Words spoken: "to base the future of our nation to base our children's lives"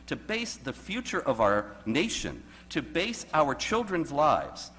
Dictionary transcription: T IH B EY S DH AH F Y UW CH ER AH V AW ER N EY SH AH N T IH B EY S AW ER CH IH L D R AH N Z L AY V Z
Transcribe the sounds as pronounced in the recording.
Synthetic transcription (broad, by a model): T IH B EY S DH AH F Y UW CH ER AH V AW ER N EY SH AH N T IH B EY S AW ER CH IH L D R AH N Z L AY V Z